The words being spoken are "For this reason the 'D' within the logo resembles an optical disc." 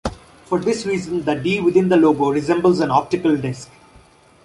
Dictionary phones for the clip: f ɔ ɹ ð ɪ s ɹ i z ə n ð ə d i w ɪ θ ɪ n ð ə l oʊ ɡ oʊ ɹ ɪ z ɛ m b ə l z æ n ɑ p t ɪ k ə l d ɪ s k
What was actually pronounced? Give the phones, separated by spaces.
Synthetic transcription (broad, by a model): f ɔ ɹ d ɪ s ɹ i z ə n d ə d i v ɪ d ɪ n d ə l oʊ ɡ oʊ ɹ ɪ z ɛ m b ə l z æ n ɑ p t ɪ k ə l d ɪ s k